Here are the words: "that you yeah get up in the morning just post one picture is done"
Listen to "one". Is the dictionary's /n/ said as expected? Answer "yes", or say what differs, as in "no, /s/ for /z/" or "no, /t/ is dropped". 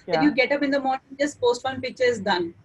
no, /l/ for /n/